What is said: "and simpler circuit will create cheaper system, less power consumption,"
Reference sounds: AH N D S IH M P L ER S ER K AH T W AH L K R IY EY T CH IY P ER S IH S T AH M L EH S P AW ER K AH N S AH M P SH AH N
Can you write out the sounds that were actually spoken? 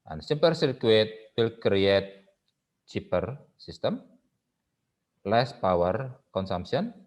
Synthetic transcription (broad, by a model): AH N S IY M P ER S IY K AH T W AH L K R IY EY T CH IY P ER S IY S T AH M L EH S P AW ER K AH N S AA M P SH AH N